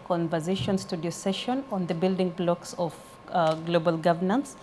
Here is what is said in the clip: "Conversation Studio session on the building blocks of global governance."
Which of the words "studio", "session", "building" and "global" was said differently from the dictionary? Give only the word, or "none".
none